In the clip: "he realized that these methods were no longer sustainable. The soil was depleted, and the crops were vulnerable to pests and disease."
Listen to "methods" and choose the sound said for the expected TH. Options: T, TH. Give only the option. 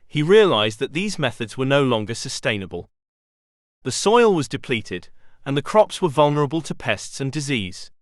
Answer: TH